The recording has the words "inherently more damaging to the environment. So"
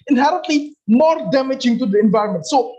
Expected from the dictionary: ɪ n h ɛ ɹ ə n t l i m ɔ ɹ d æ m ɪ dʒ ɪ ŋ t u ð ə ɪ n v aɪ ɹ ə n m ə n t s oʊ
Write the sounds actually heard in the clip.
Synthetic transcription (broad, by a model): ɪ n h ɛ ɹ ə n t l i m ɔ ɹ d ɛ m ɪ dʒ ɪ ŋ t u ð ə ɪ n v aɪ ɹ ə n m ə n t s oʊ